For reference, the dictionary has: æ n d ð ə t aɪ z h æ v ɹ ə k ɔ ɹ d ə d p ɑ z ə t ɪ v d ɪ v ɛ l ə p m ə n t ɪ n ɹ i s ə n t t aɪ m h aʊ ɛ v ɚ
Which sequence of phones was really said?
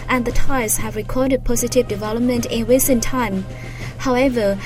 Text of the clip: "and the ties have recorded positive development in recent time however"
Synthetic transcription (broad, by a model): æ n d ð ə t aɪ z h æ v ɹ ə k ɔ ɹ d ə d p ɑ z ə t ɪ v d ɪ v ɛ l ə p m ə n t ɪ n w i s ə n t t aɪ m h aʊ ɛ v ɚ